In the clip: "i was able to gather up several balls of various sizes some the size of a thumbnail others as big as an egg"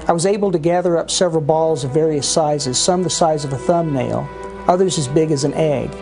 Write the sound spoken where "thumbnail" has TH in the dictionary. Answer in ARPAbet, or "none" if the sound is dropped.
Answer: TH